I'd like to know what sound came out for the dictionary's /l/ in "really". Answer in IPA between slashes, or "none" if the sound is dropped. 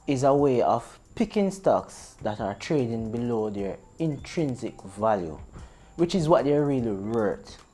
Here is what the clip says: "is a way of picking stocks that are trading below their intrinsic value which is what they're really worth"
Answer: /l/